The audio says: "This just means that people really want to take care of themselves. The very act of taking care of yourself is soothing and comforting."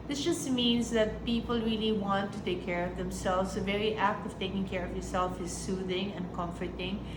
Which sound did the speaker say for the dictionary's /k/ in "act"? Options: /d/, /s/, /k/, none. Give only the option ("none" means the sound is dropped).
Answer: /k/